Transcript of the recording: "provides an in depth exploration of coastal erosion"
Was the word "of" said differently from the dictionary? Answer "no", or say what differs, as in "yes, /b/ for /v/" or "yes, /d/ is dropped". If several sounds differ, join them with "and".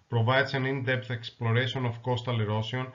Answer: yes, /f/ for /v/